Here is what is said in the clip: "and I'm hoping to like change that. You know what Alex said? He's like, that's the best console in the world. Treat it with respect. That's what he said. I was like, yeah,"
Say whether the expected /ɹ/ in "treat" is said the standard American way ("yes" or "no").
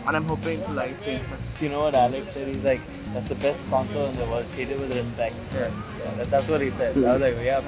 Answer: no